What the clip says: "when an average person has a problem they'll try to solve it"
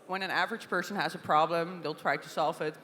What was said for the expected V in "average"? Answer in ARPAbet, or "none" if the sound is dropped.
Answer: V